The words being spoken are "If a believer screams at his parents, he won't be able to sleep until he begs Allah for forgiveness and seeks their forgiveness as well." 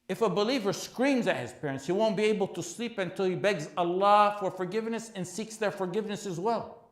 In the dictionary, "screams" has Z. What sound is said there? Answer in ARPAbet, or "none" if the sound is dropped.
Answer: Z